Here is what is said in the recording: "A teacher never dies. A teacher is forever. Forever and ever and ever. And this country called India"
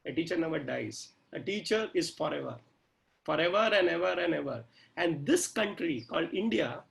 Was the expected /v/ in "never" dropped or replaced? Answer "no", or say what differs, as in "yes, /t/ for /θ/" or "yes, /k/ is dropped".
yes, /b/ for /v/